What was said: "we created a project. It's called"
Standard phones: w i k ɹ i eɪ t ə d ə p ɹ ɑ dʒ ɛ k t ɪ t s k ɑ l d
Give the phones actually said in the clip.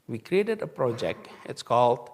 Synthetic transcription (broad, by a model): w i k ɹ i eɪ t ə d ə p ɹ ɑ dʒ ɛ k t ɪ t s k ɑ l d